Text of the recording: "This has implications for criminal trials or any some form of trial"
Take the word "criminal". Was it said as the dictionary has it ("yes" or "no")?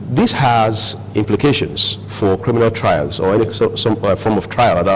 yes